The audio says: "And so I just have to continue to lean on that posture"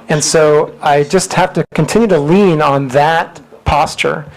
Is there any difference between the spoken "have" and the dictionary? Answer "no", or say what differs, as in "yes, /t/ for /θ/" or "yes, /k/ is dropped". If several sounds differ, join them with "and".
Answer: yes, /f/ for /v/